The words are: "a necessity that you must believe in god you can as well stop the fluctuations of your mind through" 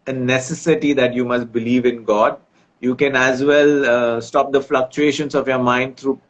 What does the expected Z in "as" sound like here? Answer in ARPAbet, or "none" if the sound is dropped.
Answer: Z